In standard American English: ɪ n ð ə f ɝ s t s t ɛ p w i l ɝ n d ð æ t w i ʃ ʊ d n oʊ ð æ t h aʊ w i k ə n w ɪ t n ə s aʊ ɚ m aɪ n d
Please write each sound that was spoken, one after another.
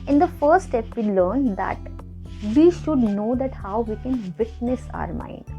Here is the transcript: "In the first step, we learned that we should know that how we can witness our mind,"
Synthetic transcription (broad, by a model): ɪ n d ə f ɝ t s t ɛ p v i l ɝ n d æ t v i ʃ ʊ d n oʊ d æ t h aʊ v i k ə n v ɪ t n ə s aʊ ɚ m aɪ n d